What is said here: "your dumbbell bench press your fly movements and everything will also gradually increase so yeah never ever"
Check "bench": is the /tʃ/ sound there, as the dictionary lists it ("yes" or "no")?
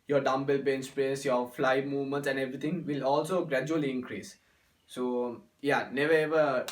no